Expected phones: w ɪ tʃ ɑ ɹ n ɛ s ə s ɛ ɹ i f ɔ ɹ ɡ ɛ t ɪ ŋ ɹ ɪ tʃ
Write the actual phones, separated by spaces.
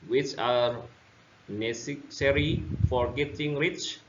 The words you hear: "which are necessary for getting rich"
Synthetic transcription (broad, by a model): w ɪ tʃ ɑ ɹ n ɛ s s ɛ ɹ i f ɔ ɹ ɡ ɛ t ɪ ŋ ɹ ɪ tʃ